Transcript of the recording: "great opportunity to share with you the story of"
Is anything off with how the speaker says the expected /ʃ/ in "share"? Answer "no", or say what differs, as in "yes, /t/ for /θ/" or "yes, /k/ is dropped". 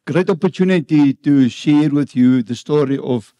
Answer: no